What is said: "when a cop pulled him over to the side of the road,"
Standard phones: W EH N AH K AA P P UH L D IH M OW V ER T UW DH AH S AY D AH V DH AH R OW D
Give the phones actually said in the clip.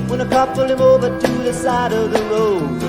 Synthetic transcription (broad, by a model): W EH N AH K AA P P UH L IH M OW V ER T UW DH AH S AY D AH V DH AH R OW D